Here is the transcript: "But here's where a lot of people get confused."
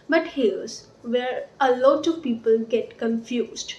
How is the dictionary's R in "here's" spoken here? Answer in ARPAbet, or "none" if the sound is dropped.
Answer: L